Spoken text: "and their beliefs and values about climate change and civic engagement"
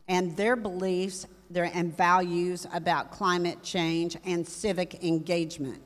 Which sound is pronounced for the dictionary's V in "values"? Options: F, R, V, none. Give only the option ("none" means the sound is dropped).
V